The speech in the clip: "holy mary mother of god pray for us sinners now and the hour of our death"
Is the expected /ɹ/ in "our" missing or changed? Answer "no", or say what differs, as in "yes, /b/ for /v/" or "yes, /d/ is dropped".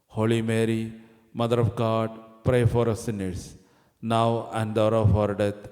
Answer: no